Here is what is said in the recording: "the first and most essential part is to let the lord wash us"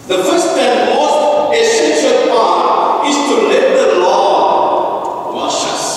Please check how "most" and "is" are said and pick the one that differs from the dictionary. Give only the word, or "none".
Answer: is